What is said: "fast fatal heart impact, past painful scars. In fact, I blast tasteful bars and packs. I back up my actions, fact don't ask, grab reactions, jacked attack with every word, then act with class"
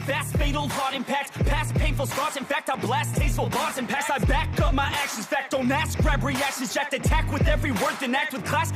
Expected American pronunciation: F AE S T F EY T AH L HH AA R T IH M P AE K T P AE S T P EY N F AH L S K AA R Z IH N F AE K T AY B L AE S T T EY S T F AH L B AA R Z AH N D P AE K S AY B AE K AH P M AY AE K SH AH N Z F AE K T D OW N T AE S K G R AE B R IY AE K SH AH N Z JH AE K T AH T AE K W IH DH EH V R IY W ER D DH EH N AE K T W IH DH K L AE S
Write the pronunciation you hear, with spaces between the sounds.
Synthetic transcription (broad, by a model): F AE S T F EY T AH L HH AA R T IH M P AE K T P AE S P EY N F L S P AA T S IH N F AE K T AY B L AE S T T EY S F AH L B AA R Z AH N P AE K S AY B AE K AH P M AY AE K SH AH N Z F AE K T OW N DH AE S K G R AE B R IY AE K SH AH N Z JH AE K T AH T AE K W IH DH EH V R IY W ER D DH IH N AE K T W IH DH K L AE S